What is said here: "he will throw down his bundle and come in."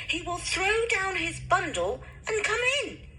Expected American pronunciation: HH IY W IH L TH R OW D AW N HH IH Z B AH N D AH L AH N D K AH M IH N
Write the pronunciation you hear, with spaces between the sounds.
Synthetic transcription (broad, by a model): HH IY W IH L TH R OW D AW N IH Z B AH N D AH L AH N K AH M IH N